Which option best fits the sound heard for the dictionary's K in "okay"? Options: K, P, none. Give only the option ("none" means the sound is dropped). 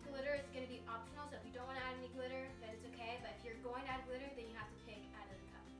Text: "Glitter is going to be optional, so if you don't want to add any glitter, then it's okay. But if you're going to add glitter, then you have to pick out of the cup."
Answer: K